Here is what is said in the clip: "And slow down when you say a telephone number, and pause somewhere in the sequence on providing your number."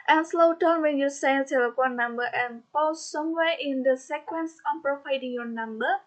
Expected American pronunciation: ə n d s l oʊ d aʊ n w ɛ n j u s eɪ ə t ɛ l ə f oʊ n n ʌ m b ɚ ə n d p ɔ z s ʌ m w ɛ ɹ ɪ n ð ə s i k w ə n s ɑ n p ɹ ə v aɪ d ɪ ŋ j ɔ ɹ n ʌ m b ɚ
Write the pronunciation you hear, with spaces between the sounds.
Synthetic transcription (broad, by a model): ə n s l oʊ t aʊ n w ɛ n j u s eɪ ə s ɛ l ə p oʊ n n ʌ m b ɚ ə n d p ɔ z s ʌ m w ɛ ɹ ɪ n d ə s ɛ k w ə n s ɑ n p ɹ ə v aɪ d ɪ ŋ j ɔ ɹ n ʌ m b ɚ